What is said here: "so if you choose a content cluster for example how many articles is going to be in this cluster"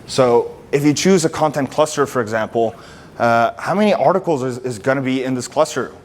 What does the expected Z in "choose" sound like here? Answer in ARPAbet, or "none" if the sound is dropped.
Z